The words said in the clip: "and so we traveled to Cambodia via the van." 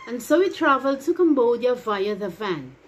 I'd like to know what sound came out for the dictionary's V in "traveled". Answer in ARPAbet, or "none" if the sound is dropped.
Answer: V